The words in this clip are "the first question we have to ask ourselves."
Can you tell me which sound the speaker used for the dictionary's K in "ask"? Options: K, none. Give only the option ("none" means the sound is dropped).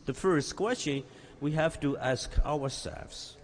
K